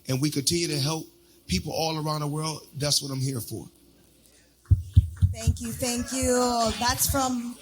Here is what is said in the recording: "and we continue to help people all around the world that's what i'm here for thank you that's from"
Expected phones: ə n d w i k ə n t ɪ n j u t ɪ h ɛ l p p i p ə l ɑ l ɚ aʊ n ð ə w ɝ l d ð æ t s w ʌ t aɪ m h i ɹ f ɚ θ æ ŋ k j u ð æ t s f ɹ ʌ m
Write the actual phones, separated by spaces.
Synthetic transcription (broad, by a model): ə n w i k ə n t ɪ n j u t ɪ h ɛ l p p i p l ɑ l ɚ aʊ n ð ə w ɝ l d ð æ t s w ʌ t aɪ m h i ɹ f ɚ θ æ ŋ k j u ð æ t s f ɹ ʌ m